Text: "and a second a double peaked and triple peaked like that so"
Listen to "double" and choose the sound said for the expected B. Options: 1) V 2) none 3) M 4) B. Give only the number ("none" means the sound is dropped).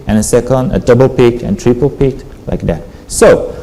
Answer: 4